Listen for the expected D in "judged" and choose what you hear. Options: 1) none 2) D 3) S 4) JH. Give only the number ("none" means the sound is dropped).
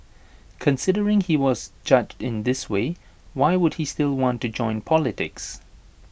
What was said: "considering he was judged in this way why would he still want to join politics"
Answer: 2